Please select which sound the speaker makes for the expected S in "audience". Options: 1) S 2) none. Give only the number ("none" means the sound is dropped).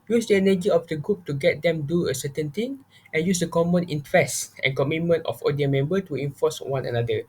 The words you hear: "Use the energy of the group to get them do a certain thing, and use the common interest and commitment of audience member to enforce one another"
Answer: 2